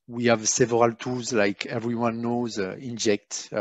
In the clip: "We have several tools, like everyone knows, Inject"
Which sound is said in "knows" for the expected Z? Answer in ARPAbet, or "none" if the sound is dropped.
Z